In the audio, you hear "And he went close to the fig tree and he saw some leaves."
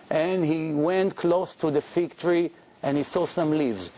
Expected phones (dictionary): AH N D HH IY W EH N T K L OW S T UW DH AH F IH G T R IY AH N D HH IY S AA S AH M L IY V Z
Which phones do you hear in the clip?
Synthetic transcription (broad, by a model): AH N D HH IY W EH N T K L OW S T UW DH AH F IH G T R IY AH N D HH IY S AA S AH M L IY V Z